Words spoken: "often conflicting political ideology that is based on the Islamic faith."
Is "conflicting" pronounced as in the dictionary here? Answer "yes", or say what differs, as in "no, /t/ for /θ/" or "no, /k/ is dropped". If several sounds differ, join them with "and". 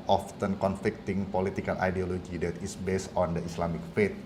yes